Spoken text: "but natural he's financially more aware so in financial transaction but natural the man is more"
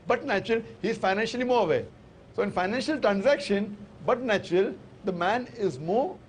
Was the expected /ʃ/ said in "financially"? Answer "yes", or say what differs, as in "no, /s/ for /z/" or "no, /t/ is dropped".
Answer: yes